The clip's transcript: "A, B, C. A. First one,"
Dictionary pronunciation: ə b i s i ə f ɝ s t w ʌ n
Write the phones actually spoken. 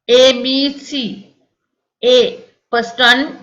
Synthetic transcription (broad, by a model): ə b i s i ə p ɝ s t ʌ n